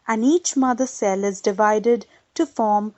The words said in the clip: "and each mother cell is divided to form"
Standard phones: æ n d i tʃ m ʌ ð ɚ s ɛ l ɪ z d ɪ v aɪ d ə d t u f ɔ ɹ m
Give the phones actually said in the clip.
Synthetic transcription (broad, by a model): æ n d i tʃ m ʌ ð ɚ s ɛ l ɪ z d ɪ v aɪ d ə d t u f ɔ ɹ m